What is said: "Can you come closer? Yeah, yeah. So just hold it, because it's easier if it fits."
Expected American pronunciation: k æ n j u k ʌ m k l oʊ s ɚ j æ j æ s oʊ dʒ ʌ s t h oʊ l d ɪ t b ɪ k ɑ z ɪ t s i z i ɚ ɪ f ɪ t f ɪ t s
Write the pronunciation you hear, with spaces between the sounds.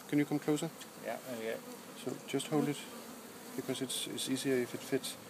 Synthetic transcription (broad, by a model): k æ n j u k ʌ m k l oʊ s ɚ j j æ s oʊ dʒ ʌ s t h oʊ l d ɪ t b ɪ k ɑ s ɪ s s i s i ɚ ɪ f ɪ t f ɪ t